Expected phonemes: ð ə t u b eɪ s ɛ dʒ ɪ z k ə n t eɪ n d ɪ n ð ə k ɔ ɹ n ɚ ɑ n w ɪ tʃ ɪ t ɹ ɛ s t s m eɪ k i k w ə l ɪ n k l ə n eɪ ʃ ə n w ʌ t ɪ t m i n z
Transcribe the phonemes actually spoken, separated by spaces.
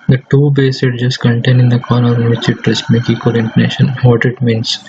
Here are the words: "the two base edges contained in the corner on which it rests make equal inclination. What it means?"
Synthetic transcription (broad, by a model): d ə t u b eɪ s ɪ dʒ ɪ s k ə n t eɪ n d ɪ n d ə k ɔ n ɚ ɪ n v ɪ tʃ ɪ t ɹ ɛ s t m eɪ k i k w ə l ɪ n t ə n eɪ ʃ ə n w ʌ t ɪ t m i n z